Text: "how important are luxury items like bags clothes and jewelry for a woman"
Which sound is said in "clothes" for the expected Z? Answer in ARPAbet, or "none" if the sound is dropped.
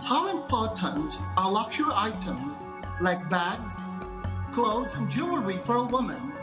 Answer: none